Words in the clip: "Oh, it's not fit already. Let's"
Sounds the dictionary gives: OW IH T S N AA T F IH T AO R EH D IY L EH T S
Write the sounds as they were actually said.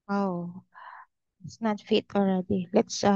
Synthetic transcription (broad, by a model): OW IH T S N AA T F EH T AO R EH D IY L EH T S